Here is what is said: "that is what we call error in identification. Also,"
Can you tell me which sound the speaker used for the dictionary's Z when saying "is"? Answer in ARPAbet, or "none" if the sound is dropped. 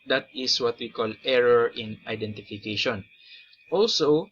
S